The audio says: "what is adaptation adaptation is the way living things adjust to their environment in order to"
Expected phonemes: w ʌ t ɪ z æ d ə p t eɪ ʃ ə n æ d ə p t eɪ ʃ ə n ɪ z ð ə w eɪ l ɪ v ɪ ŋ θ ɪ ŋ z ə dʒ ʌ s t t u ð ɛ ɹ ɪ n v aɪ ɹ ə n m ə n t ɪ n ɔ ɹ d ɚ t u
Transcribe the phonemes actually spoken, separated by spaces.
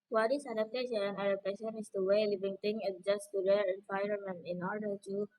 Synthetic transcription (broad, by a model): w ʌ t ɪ s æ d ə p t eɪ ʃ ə n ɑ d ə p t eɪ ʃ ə n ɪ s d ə w eɪ l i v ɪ ŋ t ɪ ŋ ə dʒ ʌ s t t u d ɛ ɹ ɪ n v aɪ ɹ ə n m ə n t ɪ n ɔ ɹ d ɚ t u